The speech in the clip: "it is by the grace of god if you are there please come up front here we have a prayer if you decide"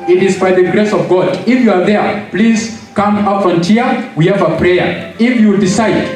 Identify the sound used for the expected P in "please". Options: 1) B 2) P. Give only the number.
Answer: 2